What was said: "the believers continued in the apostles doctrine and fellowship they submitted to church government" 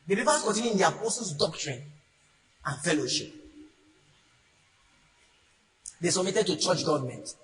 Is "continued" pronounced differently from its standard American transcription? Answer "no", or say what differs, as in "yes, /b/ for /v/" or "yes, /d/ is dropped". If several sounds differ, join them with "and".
yes, /d/ is dropped